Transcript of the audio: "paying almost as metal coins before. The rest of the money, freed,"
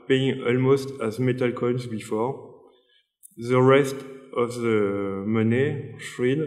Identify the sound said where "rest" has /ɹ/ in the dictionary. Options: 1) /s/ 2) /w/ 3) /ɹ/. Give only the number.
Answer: 3